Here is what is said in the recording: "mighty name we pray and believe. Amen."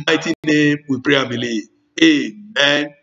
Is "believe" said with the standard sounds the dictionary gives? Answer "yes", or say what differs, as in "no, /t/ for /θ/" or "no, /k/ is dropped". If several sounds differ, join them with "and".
no, /v/ is dropped